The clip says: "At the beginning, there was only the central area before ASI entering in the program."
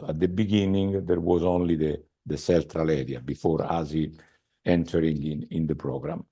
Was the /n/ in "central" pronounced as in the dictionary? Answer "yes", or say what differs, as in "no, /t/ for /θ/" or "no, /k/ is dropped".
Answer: no, /l/ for /n/